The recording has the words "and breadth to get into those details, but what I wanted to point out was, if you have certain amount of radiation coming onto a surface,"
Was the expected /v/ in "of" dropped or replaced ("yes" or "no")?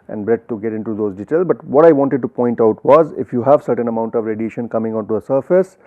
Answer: no